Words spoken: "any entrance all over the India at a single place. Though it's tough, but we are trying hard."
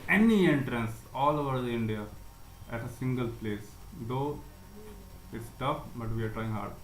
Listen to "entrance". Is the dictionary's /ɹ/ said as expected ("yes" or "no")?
yes